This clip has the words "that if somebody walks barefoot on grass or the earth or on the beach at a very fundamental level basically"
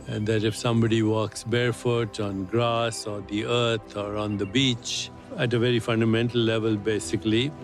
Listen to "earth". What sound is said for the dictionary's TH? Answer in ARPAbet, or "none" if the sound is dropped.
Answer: T